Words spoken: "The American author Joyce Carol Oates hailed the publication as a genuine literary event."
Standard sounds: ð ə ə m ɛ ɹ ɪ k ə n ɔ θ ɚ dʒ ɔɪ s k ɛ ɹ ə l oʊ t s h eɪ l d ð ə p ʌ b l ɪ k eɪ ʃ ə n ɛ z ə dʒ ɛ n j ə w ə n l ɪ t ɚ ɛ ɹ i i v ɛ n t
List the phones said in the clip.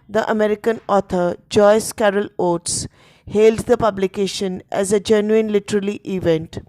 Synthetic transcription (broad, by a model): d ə ə m ɛ ɹ ɪ k ə n ɔ t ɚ dʒ ɔɪ s k ɛ ɹ ə l oʊ t s h eɪ l d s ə p ʌ b l ɪ k eɪ ʃ ə n ɛ z ə dʒ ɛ n j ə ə n l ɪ t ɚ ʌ l i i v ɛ n t